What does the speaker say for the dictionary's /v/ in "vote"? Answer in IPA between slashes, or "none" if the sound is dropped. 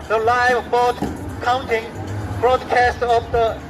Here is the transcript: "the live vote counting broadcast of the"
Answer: /b/